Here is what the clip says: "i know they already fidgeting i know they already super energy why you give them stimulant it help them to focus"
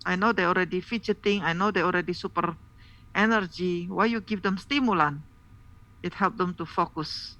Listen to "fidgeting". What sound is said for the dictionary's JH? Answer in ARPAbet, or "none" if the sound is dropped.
CH